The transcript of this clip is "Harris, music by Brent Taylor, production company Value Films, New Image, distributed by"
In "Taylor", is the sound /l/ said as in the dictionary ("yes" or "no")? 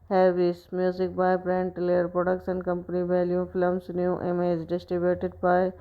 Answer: no